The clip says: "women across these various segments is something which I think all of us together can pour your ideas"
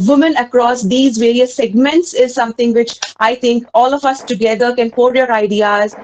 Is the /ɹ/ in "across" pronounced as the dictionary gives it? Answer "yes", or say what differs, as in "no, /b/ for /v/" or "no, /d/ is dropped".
yes